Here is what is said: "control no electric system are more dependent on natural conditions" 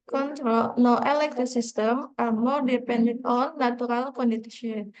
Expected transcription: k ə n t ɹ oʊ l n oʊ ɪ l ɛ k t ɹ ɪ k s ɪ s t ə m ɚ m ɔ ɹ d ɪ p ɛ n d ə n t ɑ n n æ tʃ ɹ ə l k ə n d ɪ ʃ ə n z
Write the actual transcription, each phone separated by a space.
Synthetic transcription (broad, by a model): k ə n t ɹ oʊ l n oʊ ɪ l ɛ k t ɹ ɪ k s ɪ s t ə m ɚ m ɔ ɹ d ɪ p ɛ n d ə n t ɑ n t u ɹ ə l k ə n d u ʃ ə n